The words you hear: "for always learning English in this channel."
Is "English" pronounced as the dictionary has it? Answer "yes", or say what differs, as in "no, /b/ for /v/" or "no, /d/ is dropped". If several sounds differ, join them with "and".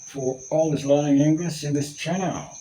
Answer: no, /s/ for /ʃ/